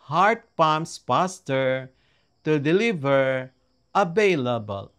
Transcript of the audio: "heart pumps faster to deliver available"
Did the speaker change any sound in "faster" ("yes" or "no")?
yes